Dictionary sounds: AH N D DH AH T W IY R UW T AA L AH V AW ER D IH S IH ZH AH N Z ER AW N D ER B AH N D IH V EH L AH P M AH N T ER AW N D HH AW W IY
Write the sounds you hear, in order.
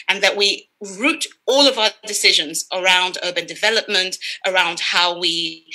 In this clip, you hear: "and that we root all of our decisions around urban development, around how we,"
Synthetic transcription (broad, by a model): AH N DH AH T W IY R UW T AA L AH V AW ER D IH S IH ZH AH N Z ER AW N D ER B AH N D IH V EH L AH P M AH N T ER AW N D HH AW W IY